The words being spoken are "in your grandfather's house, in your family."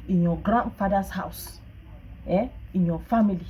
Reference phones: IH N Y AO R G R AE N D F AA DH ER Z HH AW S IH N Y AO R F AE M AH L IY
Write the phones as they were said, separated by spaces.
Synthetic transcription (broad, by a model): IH N Y AO G R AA N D F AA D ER S HH AW S IH N Y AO F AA M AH L IY